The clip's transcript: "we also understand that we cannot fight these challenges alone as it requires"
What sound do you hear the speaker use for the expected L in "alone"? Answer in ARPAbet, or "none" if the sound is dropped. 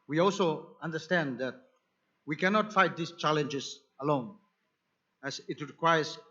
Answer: L